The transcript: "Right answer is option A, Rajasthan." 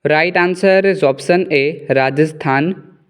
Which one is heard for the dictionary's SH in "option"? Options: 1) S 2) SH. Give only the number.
1